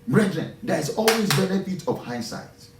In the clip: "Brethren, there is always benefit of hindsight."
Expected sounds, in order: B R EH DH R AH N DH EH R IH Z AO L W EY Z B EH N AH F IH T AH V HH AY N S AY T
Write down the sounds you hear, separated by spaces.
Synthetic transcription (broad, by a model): B R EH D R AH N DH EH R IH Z AO L W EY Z B EH N AH F IH T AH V HH AY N S AY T